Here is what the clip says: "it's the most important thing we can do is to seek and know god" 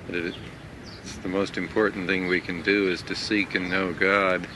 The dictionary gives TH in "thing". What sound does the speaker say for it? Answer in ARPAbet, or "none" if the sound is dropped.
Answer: TH